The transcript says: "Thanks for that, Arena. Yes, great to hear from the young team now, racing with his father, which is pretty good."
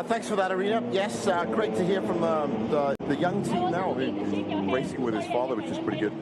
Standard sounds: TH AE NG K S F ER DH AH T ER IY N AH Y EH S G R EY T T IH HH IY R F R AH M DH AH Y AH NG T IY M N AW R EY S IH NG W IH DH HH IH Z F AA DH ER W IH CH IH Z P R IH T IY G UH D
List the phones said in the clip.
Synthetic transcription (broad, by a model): TH AE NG K S F ER DH AH T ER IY AH Y EH S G R EY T T IH HH IY R F R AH M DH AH Y AH NG T IY M N AW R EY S IH NG W IH DH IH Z F AA DH ER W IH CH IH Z P R IH T IY G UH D